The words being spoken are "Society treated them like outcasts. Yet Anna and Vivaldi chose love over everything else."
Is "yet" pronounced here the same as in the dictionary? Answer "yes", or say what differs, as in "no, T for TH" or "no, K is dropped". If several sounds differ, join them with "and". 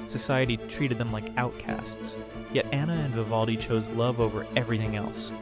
yes